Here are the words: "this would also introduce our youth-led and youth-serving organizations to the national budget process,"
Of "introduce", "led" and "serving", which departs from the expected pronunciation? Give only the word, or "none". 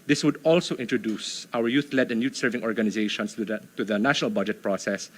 none